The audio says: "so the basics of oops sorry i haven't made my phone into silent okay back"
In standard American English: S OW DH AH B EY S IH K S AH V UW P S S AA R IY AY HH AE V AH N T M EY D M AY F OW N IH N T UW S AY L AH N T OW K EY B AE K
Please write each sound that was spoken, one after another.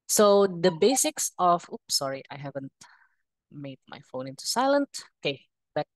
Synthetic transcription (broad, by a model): S OW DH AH B EY S IH K S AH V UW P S S AA R IY AY HH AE V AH N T M EY D M AY F OW N IH N T UW S AY L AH N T OW K EY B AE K